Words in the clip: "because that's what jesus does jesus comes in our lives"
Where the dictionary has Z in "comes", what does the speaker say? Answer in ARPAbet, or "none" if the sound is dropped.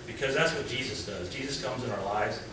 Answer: Z